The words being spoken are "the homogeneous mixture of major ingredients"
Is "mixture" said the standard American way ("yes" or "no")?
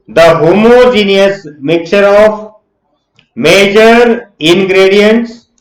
no